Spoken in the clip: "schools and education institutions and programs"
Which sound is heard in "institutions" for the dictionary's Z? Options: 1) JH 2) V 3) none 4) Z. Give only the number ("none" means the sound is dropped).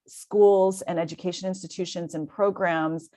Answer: 4